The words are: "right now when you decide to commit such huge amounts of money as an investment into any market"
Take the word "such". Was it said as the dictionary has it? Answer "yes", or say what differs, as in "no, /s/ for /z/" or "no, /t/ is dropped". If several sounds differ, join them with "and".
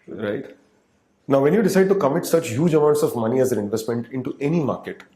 yes